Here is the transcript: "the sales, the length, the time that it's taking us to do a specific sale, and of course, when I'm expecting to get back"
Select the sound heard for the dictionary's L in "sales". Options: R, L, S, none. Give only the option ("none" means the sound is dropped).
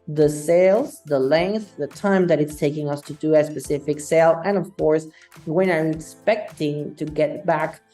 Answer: L